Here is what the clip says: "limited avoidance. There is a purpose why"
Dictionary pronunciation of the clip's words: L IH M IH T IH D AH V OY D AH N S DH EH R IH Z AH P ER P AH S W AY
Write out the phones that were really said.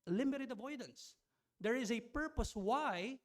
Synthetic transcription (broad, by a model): L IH M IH T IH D AH V OY D AH N S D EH R IH Z AH P ER P AH S W AY